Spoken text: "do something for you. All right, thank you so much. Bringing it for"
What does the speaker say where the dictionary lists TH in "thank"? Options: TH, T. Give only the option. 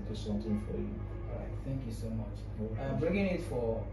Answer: TH